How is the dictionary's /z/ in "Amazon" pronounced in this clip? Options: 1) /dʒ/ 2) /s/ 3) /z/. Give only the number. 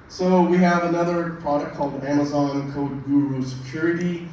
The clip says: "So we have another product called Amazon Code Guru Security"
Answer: 3